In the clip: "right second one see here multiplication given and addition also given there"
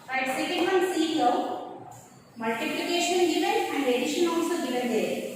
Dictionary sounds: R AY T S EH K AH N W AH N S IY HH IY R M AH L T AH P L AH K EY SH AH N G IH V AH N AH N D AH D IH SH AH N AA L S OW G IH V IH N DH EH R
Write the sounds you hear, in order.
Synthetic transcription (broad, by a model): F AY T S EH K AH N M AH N S IY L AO W M AH L T AH P L AH K EY SH AH N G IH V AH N AH N D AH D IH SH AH N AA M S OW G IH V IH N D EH